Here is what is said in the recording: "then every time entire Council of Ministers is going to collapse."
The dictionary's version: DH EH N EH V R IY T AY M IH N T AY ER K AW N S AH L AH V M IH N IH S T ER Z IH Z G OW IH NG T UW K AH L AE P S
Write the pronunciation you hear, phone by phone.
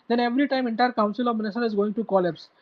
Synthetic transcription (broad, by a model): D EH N EH V R IY T AY M IH N T AY ER K AW N S AH L AH V M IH N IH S T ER IH Z G OW IH NG T UW K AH L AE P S